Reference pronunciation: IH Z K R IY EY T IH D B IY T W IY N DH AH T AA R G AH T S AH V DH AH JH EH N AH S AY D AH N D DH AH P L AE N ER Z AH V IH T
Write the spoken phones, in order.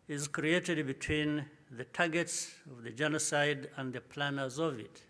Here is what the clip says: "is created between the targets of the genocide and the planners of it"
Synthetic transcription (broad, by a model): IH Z K R IY EY T IH D B IY T W IY N DH AH T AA G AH T S AH V DH AH JH EH N AH S AY D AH N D DH AH P L AE N ER Z AH V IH T